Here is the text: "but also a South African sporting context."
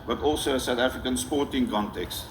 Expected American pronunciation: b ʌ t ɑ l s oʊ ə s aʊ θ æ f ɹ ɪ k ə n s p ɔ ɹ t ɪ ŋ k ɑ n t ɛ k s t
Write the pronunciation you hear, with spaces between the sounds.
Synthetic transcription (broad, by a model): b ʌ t ɑ l s oʊ ə s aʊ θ æ f ɹ ɪ k ə n s p ɔ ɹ t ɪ ŋ k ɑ n t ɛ k s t